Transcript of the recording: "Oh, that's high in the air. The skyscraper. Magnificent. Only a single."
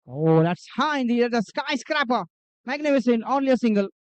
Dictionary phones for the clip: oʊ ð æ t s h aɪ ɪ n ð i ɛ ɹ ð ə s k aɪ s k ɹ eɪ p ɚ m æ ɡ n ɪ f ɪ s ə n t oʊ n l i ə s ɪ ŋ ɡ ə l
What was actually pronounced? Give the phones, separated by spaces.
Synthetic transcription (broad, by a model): oʊ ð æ t s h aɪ ɪ n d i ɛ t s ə s k aɪ s k ɹ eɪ p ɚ m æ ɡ n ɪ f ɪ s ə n oʊ n l i ə s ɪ ŋ ɡ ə l